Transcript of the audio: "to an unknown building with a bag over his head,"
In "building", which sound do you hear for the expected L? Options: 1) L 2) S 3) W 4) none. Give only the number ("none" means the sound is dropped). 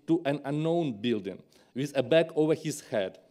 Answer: 1